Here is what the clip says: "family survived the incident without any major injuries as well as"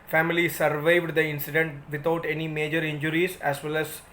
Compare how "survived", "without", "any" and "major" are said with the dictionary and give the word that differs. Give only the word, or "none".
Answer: without